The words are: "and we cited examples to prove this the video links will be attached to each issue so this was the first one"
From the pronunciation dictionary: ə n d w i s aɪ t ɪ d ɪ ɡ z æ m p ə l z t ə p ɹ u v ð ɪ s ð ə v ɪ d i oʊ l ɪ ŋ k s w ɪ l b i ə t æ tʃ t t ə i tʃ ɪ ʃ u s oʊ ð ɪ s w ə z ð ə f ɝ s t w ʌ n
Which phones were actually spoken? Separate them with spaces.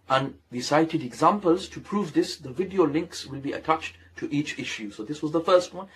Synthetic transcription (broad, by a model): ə n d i s aɪ t ɪ d ɪ ɡ z æ m p ə l z t ə p ɹ u v ð ɪ s ð ə v ɪ d i oʊ l ɪ ŋ k s w ɪ l b i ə t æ tʃ t t i tʃ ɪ ʃ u s oʊ ð ɪ s w ə z ð ə f ɝ s t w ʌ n